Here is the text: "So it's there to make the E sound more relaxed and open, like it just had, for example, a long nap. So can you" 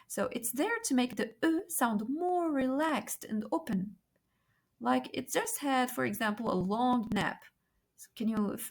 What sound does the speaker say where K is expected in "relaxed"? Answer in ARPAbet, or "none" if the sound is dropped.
K